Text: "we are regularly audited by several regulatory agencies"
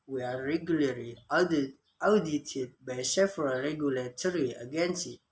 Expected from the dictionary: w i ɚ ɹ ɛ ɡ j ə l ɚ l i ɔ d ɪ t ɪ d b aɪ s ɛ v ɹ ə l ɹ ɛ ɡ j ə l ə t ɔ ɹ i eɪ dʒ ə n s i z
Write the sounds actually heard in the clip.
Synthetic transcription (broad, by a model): w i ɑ ɹ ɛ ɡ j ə l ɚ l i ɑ d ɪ t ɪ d b aɪ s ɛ f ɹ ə ɹ ɛ ɡ j ə l ə t ɔ ɹ i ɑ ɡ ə n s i